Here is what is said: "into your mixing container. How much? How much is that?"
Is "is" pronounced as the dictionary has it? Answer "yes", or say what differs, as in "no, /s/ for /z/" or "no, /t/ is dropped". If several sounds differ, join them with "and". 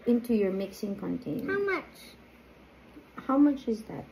yes